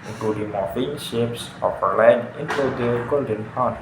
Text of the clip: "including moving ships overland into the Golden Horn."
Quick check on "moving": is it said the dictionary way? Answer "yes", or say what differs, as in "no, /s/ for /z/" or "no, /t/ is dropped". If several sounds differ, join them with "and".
no, /f/ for /v/